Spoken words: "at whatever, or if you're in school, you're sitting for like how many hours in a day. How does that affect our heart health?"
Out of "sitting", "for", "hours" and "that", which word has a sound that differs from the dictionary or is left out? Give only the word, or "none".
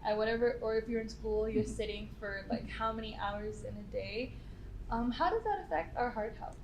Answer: none